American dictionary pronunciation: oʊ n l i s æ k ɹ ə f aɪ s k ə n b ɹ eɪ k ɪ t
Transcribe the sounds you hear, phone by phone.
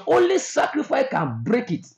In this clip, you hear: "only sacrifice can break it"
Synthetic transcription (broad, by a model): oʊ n l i s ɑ k ɹ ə f aɪ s k ə n b ɹ eɪ k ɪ t